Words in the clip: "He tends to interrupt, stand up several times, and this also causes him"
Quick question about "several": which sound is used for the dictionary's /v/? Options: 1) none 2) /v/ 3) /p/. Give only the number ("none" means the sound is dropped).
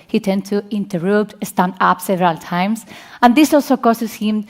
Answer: 2